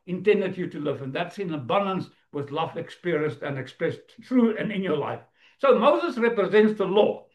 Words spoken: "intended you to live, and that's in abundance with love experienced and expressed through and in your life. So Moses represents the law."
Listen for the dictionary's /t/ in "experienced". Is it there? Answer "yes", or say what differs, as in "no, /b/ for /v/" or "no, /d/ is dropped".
yes